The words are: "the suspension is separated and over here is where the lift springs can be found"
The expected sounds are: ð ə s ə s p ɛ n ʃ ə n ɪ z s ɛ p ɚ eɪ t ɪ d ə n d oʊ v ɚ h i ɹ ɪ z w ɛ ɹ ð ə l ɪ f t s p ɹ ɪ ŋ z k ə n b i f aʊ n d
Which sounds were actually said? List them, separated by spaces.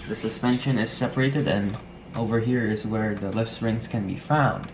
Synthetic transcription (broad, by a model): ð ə s ə s p ɛ n ʃ ə n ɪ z s ɛ p ɚ eɪ t ɪ d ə n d oʊ v ɚ h i ɹ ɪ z w ɛ ɹ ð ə l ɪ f s ɹ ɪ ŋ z k ə n b i f aʊ n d